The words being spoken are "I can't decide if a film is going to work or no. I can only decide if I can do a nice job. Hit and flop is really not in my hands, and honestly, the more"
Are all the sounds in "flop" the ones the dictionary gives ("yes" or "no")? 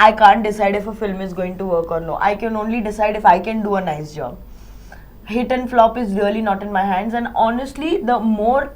yes